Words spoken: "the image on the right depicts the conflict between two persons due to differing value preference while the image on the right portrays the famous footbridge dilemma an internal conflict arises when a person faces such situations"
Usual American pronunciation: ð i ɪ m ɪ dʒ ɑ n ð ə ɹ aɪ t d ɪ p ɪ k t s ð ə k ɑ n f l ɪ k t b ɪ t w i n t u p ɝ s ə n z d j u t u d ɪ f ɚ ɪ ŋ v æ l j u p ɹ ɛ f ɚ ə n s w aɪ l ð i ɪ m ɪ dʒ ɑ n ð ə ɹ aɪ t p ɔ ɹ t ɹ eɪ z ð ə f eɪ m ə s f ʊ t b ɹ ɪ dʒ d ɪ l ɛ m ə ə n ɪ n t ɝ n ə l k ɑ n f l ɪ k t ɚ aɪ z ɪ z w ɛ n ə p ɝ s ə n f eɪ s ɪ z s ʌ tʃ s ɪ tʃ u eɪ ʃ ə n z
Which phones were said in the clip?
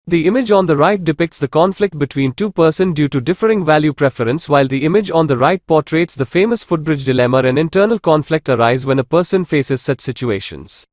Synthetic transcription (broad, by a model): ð i ɪ m ɪ dʒ ɑ n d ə ɹ aɪ t d ɪ p ɪ k t s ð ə k ɑ n f l ɪ k t b ɪ t w i n t u p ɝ s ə n d j u t u d ɪ f ɚ ɪ ŋ v æ l j u p ɹ ɛ f ɚ ə n s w aɪ l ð i ɪ m ɪ dʒ ɑ n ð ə ɹ aɪ t p ɔ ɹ t ɹ eɪ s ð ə f eɪ m ə s f ʊ t b ɹ ɪ dʒ d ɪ l ɛ m ə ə n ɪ n t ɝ n ə l k ɑ n f l ɪ k t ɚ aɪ ɪ z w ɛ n ə p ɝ s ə n f eɪ s ɪ z s ʌ tʃ s ɪ tʃ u eɪ ʃ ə n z